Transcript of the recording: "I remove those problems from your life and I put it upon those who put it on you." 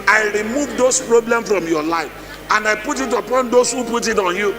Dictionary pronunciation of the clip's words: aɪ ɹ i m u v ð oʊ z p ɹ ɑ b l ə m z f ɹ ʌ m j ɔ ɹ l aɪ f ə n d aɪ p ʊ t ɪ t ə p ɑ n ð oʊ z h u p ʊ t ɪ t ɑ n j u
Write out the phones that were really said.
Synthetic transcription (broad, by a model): aɪ ɹ i m u v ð oʊ s p ɹ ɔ b l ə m f ɹ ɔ m j ɔ l aɪ f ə n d aɪ p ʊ t ɪ t ə p ɑ n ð oʊ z h u p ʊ t ɪ t ɑ n j u